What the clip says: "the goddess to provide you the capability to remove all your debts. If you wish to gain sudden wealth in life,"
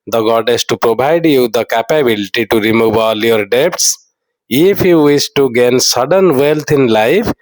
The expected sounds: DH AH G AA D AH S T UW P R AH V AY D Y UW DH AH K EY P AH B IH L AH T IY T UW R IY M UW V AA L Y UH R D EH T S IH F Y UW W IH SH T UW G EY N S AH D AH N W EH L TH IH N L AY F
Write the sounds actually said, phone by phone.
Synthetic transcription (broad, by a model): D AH G AA D AH S T UW P R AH B AY D Y UW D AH K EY P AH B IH L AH T IY T UW R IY M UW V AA L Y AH R D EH T S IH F Y UW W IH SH T UW G EY N S AH D AH N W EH L T IH N L AY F